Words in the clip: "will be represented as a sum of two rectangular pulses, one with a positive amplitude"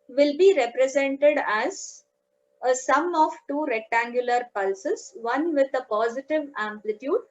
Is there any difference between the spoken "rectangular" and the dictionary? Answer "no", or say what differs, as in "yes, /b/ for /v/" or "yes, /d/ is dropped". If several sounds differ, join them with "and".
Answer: no